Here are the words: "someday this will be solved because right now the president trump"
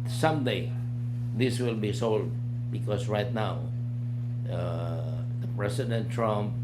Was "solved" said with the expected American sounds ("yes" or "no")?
no